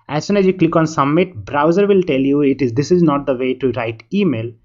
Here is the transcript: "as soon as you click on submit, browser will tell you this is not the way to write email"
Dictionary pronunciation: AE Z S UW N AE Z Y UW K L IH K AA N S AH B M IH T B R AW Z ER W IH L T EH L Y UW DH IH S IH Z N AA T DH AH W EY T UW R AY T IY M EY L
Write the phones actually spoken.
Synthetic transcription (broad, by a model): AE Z S UW N AE Z Y UW K L IH K AA N S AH M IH T B R AW Z ER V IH L T EH L Y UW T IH S IH Z N AA T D AH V EY T UW R AY T IY M EY L